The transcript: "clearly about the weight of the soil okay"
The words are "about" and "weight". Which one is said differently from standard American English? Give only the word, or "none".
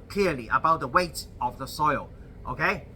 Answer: none